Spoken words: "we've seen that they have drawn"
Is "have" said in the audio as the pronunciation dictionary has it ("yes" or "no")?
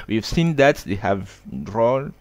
yes